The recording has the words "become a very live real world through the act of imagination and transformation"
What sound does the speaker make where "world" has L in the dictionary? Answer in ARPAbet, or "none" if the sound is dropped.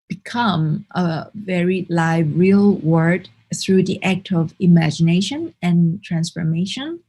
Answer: none